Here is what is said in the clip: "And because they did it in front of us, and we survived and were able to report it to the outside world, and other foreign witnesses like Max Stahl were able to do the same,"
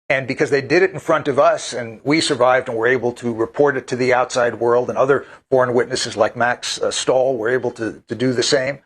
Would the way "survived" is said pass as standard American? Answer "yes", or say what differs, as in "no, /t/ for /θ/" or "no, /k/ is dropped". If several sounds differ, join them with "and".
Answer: yes